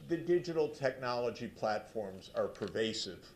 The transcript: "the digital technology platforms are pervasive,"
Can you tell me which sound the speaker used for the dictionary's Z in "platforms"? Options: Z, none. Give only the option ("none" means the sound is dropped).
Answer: Z